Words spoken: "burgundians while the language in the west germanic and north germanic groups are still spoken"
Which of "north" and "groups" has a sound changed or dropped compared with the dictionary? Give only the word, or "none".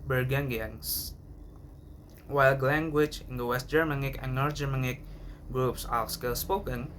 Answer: north